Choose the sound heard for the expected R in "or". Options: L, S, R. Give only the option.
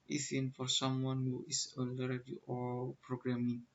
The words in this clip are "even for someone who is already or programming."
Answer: L